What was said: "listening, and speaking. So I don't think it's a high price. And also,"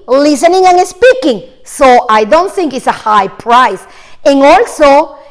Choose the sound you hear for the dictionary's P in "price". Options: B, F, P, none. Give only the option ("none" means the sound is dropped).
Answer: P